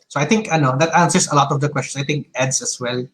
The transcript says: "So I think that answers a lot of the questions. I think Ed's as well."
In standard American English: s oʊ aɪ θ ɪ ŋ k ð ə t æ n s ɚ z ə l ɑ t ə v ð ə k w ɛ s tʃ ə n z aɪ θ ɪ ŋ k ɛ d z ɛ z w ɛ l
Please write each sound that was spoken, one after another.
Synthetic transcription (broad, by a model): s oʊ aɪ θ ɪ ŋ k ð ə t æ n s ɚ s ə l ɑ t ə v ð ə k w ɛ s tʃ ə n s aɪ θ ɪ ŋ k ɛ d s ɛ s w ɛ l